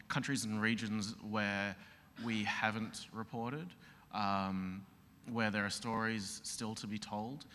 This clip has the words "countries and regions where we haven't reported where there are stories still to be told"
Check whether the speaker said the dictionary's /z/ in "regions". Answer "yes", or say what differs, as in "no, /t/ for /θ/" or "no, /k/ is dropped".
yes